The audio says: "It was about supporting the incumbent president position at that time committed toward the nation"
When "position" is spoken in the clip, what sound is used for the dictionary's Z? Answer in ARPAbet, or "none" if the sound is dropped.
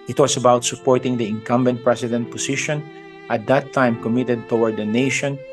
S